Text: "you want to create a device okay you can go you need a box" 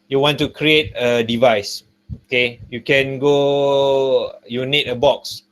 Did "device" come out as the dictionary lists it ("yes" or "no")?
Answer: yes